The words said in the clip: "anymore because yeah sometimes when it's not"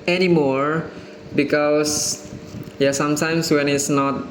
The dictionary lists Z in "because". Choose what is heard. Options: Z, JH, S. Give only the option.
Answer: S